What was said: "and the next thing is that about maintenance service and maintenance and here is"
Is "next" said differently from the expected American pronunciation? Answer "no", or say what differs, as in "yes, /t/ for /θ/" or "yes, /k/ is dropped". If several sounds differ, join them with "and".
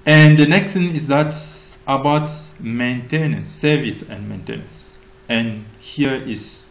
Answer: no